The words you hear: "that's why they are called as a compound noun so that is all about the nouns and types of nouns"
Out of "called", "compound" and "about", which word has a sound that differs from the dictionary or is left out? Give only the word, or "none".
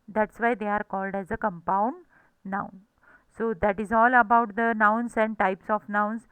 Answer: none